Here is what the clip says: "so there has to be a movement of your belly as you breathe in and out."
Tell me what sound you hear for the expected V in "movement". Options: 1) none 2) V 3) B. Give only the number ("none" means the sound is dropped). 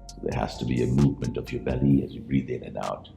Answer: 2